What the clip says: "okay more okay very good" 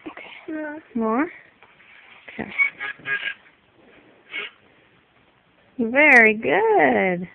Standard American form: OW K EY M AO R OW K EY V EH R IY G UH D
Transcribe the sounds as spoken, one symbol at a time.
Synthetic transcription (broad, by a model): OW K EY M AO R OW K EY V EH R IY G UH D